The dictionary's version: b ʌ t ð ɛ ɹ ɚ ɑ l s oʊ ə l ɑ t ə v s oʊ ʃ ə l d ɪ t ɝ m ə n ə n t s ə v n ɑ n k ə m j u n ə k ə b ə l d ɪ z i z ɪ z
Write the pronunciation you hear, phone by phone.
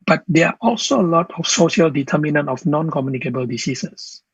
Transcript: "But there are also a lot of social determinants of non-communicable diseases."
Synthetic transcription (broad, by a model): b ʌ t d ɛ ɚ ɑ l s oʊ ə l ɑ t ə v s oʊ ʃ ə l d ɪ t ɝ m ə n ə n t ə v n ɑ n k ə m j u n ə k ə b ə l d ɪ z i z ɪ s